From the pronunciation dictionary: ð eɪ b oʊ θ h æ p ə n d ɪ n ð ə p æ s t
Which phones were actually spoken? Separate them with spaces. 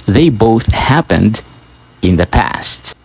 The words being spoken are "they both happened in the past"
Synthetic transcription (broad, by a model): ð eɪ b oʊ θ h æ p ə n d ɪ n ð ə p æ s t